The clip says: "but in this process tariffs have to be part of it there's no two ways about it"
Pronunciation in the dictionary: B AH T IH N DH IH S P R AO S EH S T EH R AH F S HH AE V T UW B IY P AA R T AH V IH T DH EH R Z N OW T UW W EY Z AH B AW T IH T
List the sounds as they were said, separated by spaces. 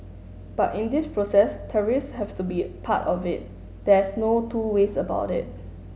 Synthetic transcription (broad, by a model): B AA T IH N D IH S P R AO S EH S T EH R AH S HH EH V T UW B IY P AA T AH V IH T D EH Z N OW T UW W EY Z AH B AW T IH T